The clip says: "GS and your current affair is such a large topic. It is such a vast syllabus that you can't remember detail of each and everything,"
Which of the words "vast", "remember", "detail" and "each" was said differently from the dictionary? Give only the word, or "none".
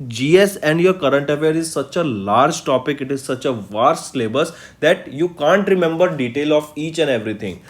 vast